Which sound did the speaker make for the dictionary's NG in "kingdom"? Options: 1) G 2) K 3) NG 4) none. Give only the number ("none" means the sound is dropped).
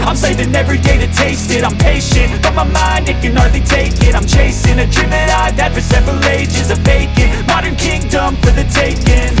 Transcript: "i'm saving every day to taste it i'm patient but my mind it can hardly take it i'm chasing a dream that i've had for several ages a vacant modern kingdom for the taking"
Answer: 3